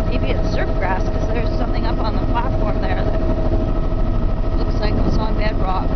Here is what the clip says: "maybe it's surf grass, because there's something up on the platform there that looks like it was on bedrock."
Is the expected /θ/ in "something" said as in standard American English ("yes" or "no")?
yes